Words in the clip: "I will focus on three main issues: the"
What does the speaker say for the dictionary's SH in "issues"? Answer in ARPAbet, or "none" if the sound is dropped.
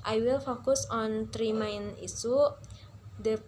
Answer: S